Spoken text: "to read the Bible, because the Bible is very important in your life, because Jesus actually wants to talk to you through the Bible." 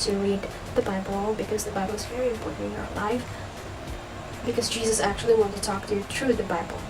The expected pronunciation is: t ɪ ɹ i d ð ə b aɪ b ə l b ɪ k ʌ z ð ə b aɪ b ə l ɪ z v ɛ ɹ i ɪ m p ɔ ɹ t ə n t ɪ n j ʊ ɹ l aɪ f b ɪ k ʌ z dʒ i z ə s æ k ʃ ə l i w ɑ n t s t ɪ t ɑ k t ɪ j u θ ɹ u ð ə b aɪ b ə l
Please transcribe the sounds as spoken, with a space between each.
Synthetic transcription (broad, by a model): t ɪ ɹ i d ð ə b aɪ b l b ɪ k ʌ z ð ə b aɪ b l ɪ z v ɛ ɹ i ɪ m p ɔ ɹ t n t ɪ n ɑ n l aɪ f b ɪ k ʌ z dʒ i z ə s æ k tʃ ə l i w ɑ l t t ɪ t ɑ k t ɪ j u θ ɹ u ð ə b aɪ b l